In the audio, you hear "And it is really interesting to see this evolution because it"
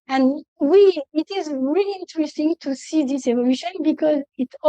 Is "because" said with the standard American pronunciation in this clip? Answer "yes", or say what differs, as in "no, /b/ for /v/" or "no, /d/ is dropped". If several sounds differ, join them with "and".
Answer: yes